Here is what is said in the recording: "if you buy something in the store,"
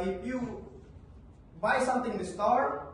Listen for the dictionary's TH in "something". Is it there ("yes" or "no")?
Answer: no